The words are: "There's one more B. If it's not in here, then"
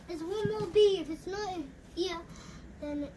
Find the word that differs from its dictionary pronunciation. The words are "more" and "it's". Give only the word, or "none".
more